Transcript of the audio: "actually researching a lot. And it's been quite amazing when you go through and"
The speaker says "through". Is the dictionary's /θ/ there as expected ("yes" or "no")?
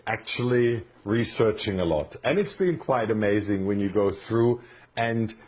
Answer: yes